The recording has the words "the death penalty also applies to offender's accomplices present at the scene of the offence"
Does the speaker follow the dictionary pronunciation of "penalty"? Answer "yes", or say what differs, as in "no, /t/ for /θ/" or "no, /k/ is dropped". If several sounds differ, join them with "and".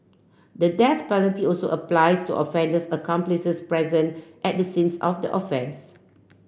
no, /l/ is dropped